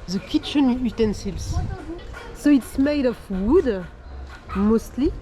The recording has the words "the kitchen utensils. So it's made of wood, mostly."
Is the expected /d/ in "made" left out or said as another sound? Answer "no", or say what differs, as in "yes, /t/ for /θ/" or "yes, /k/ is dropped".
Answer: no